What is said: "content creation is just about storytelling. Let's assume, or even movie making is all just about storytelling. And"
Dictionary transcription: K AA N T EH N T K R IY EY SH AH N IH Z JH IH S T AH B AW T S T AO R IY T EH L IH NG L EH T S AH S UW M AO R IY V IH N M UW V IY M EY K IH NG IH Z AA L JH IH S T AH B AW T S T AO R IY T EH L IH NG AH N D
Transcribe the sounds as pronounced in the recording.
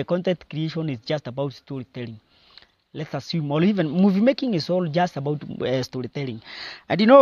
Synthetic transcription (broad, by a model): K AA N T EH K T K R IY EY SH AH N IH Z JH IH S T AH B AW T S T AO R IY T EH L IH NG L EH T S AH S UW M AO L IY V IH N M UW V IY M EY K IH NG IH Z AA L JH IH S T AH B AW T S T AO R IY T EH L IH NG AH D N